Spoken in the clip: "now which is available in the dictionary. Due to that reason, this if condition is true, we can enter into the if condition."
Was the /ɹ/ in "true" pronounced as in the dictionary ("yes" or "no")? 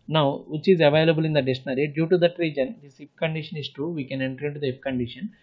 no